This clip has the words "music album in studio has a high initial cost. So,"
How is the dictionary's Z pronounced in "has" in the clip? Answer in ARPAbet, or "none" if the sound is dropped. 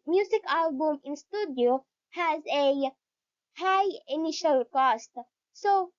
Z